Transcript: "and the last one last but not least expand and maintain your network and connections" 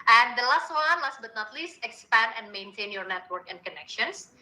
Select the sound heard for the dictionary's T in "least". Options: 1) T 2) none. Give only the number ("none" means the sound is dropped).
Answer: 1